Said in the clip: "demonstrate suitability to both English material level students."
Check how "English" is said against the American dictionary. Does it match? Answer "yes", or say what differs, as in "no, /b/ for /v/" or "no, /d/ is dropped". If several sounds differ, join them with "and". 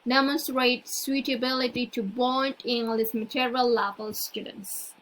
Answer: no, /s/ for /ʃ/